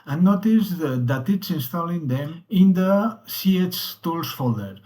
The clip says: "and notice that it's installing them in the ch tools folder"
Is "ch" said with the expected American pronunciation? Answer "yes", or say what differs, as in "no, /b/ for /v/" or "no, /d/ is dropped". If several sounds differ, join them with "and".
no, /s/ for /tʃ/